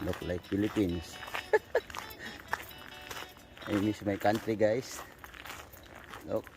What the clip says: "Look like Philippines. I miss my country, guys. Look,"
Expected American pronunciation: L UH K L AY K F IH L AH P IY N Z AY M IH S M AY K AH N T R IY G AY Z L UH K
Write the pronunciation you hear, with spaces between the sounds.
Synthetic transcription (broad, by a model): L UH K L AY K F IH L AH P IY N S AY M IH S M AY K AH N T R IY G AY S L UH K